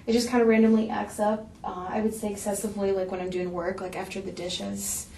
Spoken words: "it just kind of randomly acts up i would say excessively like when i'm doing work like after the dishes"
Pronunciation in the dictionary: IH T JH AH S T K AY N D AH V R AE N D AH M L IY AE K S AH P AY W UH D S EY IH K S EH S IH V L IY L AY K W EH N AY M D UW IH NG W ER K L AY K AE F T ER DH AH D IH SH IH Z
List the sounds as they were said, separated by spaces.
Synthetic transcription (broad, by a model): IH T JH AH S K AY N D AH R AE N D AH M L IY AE K S AH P AY W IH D S EY IH K S EH S IH V L IY L AY K W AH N AY M D UW IH NG W ER K L AY K AE F T ER DH AH D IH SH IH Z